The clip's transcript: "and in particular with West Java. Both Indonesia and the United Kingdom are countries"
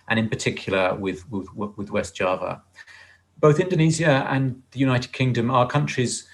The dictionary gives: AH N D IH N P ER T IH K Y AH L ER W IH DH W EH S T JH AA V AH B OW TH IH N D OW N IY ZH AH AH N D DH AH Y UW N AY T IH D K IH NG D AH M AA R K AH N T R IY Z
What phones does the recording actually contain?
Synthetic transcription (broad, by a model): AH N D IH N P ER T IH K Y AH W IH W IH DH W EH S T JH AA V AH B OW TH IH N D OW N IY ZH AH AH N DH AH Y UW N AY T IH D K IH NG D AH M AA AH K AH N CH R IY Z